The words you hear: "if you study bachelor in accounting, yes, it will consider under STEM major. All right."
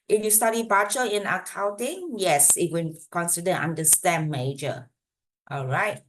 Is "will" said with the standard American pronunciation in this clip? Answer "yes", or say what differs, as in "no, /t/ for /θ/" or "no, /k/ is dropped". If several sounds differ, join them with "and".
no, /n/ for /l/